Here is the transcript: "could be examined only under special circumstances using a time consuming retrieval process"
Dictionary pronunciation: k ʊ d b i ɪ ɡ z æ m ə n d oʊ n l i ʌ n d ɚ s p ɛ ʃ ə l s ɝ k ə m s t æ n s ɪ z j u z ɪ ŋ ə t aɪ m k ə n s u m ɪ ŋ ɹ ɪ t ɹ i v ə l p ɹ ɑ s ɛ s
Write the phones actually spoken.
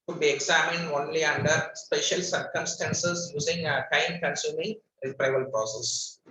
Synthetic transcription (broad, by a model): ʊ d b i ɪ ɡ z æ m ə n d oʊ n l i ʌ n d ɚ s p ɛ ʃ ə l s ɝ k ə m s t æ n s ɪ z j u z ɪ ŋ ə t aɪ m k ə n s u m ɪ ŋ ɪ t ɹ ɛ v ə l p ɹ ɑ s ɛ s